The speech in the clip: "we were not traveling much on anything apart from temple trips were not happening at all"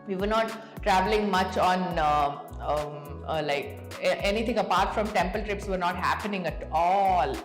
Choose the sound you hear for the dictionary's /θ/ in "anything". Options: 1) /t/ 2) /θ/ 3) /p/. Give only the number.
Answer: 1